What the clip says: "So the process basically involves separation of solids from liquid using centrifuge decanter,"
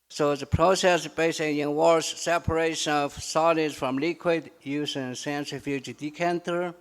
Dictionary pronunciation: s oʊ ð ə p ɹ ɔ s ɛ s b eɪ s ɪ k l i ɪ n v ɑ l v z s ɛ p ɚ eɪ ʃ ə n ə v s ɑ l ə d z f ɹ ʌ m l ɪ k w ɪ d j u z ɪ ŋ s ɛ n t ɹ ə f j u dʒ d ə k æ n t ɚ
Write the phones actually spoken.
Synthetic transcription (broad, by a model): s oʊ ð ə p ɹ ɔ s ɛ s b eɪ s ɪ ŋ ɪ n w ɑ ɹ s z s ɛ p ɚ eɪ ʃ ə n ə v s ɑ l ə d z f ɹ ʌ m l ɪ k w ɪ d j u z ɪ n s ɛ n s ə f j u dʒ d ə k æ n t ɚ